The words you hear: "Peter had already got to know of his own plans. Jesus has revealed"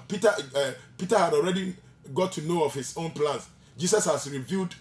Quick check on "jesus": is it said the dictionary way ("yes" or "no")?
no